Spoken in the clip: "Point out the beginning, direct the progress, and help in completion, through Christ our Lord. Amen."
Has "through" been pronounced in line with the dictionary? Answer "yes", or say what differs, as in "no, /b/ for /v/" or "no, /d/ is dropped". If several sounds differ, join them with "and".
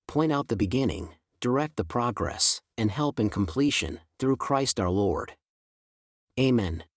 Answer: yes